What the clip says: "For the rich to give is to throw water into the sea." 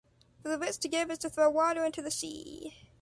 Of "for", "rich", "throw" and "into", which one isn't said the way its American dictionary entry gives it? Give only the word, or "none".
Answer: rich